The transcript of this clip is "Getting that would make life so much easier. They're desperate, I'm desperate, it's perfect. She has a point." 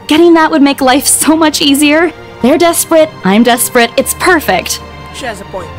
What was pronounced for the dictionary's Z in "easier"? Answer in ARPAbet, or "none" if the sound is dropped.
Z